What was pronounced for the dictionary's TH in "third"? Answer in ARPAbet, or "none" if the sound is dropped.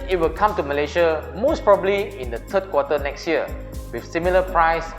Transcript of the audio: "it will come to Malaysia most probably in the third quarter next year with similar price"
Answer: T